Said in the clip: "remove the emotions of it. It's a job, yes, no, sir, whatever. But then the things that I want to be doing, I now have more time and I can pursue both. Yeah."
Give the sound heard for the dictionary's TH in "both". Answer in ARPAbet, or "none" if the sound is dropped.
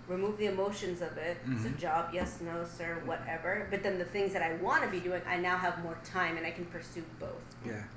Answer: TH